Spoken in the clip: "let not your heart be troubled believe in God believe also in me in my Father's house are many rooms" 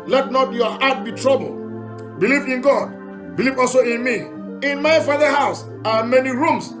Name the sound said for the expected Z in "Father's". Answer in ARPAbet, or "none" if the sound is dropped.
none